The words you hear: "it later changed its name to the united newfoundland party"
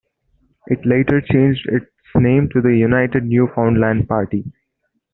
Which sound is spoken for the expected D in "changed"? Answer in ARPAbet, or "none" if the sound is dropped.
D